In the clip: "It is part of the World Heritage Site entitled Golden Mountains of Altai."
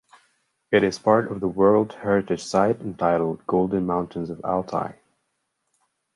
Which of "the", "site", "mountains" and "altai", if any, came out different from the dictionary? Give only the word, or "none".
none